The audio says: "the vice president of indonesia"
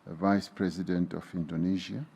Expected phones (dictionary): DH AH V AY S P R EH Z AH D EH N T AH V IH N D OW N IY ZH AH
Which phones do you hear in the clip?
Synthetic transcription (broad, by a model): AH V AY S P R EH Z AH D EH N T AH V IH N D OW N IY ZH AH